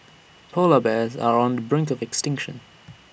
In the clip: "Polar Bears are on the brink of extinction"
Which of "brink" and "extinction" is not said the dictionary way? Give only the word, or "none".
none